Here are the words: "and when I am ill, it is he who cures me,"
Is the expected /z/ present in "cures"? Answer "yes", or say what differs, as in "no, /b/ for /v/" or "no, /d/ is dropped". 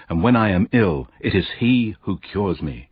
yes